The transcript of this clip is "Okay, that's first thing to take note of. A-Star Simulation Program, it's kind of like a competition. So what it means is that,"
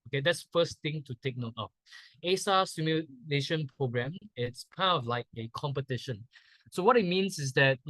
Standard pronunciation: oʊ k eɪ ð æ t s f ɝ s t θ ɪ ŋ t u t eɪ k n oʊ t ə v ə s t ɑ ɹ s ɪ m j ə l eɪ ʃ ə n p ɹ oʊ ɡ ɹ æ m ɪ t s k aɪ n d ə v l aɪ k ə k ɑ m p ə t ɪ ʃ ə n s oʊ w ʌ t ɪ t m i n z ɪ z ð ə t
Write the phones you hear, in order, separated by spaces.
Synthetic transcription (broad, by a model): oʊ k eɪ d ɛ t s f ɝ s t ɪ ŋ t u t eɪ k n oʊ t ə f ə s ɑ s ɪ m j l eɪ ʃ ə n p ɹ oʊ ɡ ɹ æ m ɪ t s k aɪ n ə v l aɪ k ə k ɑ m p ə t ɪ ʃ ə n s oʊ w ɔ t ɪ t m i n s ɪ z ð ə t